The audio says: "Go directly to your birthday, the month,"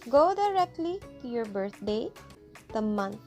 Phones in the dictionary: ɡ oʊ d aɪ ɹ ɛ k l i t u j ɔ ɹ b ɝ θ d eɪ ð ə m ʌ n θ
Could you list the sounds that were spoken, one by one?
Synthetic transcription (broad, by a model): ɡ oʊ d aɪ ɹ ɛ k l i t u j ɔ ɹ b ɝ t d eɪ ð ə m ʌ n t